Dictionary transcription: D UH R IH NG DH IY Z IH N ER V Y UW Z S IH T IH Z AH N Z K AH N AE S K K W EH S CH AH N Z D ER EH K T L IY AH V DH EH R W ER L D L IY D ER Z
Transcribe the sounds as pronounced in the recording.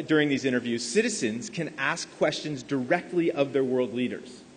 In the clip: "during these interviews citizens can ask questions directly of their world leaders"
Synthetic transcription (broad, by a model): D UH R IH NG DH IY Z IH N ER V Y UW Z S IH T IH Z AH N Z K AH N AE S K K W EH S CH AH N Z D ER EH K T L IY AH V DH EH R W ER L D L IY D ER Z